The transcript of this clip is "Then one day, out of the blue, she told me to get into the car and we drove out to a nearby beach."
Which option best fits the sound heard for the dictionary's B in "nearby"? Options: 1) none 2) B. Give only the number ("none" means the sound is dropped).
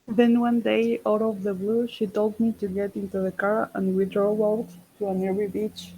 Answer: 1